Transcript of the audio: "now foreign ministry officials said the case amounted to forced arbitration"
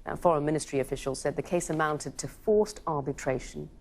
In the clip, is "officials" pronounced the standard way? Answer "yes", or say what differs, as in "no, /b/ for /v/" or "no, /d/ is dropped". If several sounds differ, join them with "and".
yes